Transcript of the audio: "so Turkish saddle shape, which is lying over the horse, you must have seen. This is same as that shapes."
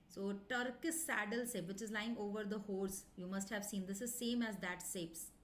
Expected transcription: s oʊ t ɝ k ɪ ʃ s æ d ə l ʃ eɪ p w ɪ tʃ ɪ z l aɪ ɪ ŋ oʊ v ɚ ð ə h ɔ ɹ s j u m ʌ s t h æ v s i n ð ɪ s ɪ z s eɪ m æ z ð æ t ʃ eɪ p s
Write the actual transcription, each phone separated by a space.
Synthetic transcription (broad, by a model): s oʊ t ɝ k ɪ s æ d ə l s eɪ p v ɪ tʃ ɪ z l aɪ ɪ ŋ oʊ v ɚ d ə h ɔ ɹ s j u m ʌ s t h æ v s i n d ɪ s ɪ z s eɪ m æ z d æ t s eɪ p s